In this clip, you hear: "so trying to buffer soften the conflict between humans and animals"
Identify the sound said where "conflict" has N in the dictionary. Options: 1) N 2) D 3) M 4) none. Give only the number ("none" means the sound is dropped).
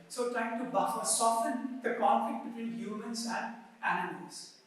1